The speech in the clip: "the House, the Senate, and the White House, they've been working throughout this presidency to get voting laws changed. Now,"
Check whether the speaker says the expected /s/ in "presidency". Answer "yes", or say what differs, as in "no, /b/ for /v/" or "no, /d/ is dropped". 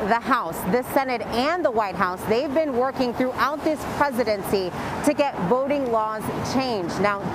yes